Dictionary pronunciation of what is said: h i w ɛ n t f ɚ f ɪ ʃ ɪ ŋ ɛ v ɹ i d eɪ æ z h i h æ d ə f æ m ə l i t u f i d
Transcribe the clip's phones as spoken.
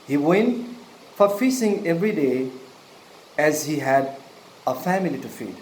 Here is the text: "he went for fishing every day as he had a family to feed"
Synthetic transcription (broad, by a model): h i w ɛ n t f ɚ f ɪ s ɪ ŋ ɛ v ɹ i d eɪ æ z h i h æ d ə f æ m ə l i t u f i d